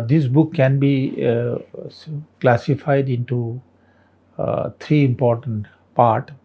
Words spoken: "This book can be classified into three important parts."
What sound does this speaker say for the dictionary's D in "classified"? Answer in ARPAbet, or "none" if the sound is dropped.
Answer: D